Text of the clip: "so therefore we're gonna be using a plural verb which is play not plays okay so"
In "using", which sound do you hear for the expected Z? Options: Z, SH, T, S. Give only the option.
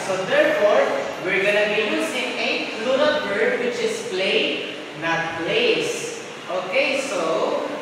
S